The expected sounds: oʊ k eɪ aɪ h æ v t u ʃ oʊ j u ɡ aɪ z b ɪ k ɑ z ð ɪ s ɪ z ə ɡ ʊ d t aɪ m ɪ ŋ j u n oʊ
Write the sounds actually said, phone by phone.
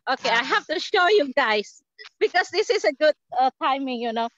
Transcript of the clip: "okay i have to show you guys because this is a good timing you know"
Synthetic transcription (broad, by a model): oʊ k eɪ aɪ h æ f t u ʃ oʊ j u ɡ aɪ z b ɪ k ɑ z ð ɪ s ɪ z ə ɡ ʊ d t aɪ m ɪ ŋ j u n oʊ